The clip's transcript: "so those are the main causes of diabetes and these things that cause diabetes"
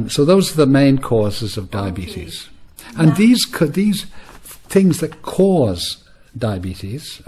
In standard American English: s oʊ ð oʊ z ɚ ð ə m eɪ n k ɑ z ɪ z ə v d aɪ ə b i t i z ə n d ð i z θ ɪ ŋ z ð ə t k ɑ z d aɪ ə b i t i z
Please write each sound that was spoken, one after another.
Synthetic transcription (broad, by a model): s oʊ ð oʊ z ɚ ð ə m eɪ n k ɑ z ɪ z ə v d aɪ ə b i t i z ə n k ð i z θ ɪ ŋ z ð ə t k ɑ z d aɪ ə b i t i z